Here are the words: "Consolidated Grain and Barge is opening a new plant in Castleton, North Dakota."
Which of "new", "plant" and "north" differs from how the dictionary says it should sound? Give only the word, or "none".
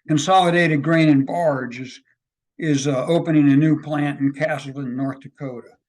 none